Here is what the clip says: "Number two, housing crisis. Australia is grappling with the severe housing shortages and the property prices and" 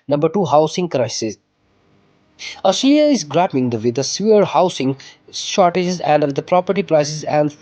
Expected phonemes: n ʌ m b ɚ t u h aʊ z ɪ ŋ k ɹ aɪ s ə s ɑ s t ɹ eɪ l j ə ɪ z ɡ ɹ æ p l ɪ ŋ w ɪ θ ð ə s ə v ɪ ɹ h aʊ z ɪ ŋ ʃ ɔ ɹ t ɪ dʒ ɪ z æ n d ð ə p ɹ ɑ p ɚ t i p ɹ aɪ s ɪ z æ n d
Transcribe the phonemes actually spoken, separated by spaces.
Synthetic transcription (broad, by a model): n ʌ m b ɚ t u h aʊ s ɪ ŋ k ɹ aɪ s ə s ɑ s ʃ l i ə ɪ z ɡ ɹ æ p ɪ ŋ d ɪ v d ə s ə ʌ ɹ h aʊ s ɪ ŋ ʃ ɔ ɹ t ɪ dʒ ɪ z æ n d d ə p ɹ ɑ p ɚ t i p ɹ aɪ s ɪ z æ n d